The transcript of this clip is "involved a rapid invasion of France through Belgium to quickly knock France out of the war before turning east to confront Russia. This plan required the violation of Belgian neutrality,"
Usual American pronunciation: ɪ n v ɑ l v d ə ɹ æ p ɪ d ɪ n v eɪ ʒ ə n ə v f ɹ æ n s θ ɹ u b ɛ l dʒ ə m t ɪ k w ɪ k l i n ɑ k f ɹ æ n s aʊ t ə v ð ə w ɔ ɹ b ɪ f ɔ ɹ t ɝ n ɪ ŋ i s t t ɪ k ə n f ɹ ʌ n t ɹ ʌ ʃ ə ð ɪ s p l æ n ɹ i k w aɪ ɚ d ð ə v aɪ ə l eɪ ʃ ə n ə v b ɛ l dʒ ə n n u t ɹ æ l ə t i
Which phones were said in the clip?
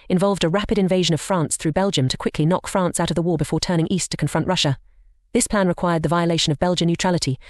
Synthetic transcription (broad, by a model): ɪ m v ɑ l v d ə ɹ æ p ɪ d ɪ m v eɪ ʒ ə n ə v f ɹ æ n s θ ɹ u b ɛ l dʒ ə m t ɪ k w ɪ k l i n ɑ k f ɹ æ n s aʊ t ə v ð ə w ɔ ɹ b ɪ f ɔ ɹ t ɝ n ɪ ŋ i s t t ɪ k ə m f ɹ ʌ n t ɹ ʌ ʃ ə ð ɪ s p l æ n ɹ i k w aɪ ɚ d ð ə v aɪ ə l eɪ ʃ ə n ə v b ɛ l dʒ ə n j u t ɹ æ l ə t i